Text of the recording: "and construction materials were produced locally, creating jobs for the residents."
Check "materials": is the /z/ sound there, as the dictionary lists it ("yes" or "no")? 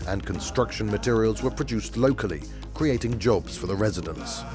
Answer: yes